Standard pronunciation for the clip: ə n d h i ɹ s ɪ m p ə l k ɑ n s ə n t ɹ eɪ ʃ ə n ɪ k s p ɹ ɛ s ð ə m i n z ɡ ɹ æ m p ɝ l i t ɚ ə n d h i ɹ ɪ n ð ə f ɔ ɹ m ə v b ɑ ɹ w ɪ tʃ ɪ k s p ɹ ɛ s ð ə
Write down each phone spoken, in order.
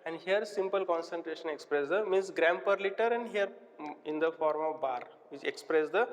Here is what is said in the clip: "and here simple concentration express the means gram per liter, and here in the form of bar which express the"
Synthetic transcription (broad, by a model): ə n d h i ɹ s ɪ m p ə l k ɑ n s ə n t ɹ eɪ ʃ ə n ɪ k s p ɹ ɛ s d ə m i n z ɡ ɹ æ m p ɝ l i t ɚ ə n d h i ɹ ɪ n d ə f ɔ ɹ m ə v b ɑ ɹ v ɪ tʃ ɪ k s p ɹ ɛ s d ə